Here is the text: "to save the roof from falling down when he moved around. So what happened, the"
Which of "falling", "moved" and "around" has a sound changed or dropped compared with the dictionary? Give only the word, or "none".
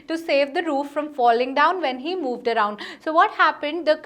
none